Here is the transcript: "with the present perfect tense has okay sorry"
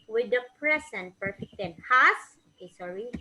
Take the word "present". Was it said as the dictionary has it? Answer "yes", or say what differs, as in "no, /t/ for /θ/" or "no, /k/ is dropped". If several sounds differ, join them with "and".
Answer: no, /s/ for /z/